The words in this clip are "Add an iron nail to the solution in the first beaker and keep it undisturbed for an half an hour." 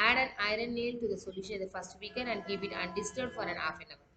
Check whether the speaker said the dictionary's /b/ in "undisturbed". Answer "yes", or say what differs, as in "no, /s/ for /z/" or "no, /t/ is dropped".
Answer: no, /b/ is dropped